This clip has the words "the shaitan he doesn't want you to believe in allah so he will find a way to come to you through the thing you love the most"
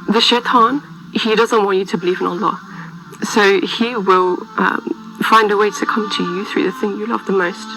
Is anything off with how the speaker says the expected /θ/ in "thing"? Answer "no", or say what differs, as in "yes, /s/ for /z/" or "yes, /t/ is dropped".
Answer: no